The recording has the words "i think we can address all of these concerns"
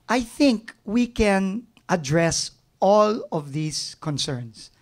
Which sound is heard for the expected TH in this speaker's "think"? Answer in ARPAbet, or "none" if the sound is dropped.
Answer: TH